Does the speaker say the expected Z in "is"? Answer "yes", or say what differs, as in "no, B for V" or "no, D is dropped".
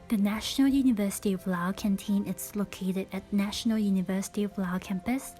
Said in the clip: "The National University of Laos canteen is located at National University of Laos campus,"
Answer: no, S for Z